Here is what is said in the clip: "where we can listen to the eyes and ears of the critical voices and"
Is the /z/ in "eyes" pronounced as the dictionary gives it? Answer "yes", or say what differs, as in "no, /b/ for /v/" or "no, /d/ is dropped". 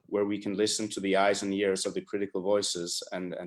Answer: yes